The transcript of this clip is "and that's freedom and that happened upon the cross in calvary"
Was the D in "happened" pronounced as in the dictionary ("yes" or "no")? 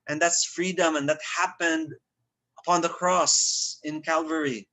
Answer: yes